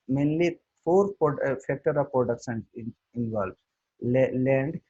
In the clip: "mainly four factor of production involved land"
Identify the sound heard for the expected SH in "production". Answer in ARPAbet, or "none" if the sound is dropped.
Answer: S